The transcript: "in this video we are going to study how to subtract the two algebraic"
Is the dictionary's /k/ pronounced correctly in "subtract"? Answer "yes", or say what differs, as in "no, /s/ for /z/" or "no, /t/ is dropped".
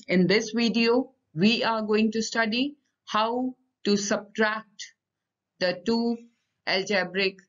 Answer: yes